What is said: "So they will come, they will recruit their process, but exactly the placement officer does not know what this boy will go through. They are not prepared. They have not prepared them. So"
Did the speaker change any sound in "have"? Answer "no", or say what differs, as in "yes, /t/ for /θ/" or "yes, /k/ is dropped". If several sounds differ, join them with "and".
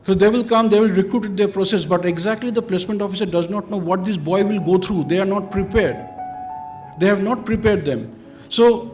no